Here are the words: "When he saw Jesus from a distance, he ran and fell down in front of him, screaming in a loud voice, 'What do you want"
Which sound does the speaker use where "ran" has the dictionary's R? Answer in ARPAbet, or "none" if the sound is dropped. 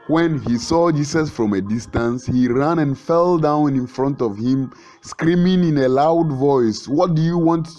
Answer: R